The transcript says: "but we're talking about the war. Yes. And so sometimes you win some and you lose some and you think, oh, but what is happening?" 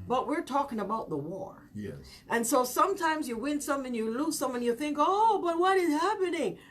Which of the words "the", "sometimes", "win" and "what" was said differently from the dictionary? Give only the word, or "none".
none